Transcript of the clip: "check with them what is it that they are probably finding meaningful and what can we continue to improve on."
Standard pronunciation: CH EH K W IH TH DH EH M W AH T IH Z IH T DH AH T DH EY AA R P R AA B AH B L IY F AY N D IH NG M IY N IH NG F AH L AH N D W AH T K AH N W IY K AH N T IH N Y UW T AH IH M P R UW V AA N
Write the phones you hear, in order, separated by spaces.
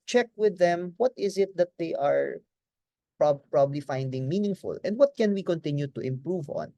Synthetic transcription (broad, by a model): CH EH K W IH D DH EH M W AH T IH Z IH T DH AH T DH EY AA R P R AA B AH B L IY F AY N D IH NG M IY N IH NG F AH L AH N D W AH T K AH N W IY K AH N T IH N Y UW T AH IH M P R UW V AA N